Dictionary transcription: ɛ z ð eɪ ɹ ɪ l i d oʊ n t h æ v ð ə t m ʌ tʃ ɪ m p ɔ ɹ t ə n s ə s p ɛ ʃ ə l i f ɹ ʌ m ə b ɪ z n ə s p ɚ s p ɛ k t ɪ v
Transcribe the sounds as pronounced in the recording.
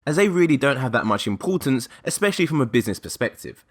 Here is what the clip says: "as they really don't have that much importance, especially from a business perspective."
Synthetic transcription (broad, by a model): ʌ z ð eɪ ɹ ɪ l i d oʊ n t h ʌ v ð ə t m ʌ tʃ ɪ m p ɔ t n s ə s p ɛ ʃ ə l i f ɹ ʌ m ə b ɪ z n ə s p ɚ s p ɛ k t ɪ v